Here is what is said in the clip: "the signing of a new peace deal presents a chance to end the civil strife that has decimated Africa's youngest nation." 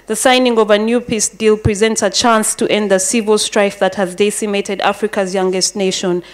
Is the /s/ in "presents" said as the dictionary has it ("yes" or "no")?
yes